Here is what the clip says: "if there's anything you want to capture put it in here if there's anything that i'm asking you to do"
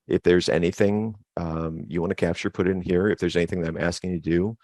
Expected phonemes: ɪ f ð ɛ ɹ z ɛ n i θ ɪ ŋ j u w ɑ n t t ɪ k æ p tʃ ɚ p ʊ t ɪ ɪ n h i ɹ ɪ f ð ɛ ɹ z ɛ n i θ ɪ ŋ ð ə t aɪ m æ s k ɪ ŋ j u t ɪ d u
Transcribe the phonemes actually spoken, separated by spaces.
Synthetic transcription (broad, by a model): ɪ f ð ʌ ɹ z ɛ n i θ ɪ ŋ j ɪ w ɑ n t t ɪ k æ p tʃ ɚ p ʊ t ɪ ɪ n h i ɹ ɪ f ð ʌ ɹ z ɛ n i θ ɪ ŋ ð ə t aɪ m æ s k ɪ ŋ t ɪ d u